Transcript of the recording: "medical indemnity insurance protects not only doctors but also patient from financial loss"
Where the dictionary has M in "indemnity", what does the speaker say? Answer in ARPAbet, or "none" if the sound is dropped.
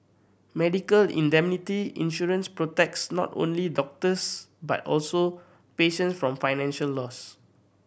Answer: M